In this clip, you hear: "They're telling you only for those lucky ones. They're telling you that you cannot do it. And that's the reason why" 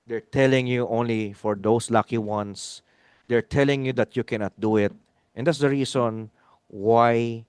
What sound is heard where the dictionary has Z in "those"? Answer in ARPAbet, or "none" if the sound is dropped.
S